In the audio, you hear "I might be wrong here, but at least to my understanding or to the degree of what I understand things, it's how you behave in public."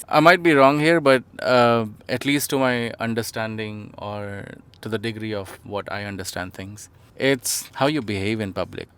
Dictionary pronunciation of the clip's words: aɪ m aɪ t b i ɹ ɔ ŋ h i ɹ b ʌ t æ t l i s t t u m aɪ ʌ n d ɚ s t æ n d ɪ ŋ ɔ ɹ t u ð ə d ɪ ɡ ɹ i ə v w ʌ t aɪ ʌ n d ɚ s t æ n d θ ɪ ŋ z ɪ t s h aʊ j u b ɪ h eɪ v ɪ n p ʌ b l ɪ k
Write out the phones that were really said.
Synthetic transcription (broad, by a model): aɪ m aɪ t b i ɹ ɔ ŋ h i ɹ b ʌ t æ t l i s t t u m aɪ ʌ n d ɚ s t æ n d ɪ ŋ ɔ ɹ t u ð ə d ɪ ɡ ɹ i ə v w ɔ t aɪ ʌ n d ɚ s t æ n d t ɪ ŋ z ɪ t s h aʊ j u b ɪ h eɪ v ɪ n p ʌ b l ɪ k